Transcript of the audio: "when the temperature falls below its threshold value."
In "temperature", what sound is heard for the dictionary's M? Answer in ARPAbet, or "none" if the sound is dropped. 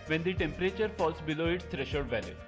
M